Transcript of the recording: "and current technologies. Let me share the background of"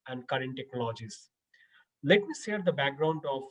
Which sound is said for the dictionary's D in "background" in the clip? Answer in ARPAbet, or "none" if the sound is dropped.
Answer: D